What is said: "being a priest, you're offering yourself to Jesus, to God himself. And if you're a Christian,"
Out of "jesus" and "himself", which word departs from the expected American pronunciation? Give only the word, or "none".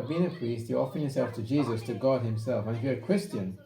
none